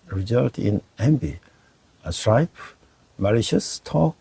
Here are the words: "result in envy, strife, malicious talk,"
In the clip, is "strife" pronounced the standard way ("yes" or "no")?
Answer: no